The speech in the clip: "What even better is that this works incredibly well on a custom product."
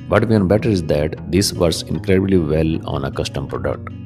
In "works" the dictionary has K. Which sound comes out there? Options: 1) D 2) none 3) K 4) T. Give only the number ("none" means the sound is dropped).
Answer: 2